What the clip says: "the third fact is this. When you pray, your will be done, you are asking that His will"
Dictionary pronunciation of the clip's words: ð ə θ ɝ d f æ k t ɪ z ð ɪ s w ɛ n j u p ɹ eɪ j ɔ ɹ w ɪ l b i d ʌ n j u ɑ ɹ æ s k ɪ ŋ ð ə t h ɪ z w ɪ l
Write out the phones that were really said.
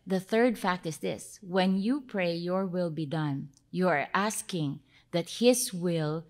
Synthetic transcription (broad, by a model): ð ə θ ɝ d f æ k t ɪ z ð ɪ s w ɛ n j u p ɹ eɪ j ɔ ɹ w ɪ l b i d ʌ n j u ɑ ɹ æ s k ɪ ŋ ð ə t h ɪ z w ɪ l